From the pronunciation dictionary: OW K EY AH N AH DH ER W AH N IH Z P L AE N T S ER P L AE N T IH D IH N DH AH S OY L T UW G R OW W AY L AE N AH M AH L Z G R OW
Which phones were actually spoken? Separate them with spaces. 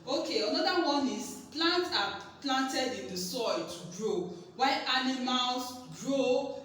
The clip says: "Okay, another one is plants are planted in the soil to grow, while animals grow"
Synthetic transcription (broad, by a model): OW K EY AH N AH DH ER W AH N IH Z P L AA N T AA P L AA N T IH D IH N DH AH S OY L T UW G R OW W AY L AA N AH M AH L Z G R OW